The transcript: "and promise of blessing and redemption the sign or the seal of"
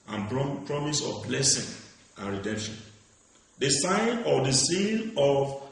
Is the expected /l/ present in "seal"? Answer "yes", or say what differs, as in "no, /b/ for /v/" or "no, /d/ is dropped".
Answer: no, /n/ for /l/